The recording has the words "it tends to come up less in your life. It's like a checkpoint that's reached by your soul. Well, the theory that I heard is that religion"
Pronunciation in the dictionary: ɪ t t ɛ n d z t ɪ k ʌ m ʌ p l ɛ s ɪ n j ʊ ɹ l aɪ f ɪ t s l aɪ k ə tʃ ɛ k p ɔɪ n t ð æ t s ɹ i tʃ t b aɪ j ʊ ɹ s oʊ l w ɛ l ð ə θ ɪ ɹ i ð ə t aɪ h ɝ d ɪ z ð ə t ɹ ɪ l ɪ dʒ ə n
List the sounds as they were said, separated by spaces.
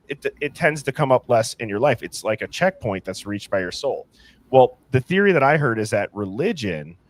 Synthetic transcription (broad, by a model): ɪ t t ɛ n d z t ɪ k ʌ m ʌ p l ɛ s ɪ n j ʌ ɹ l aɪ f ɪ t s l aɪ k ə tʃ ɛ k p ɔɪ n ð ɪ t s ɹ i tʃ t b aɪ j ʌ ɹ s oʊ l w ɛ l ð ə θ ɪ ɹ i ð ə t aɪ h ɝ d ɪ z ð ə t ɹ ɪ l ɪ dʒ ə n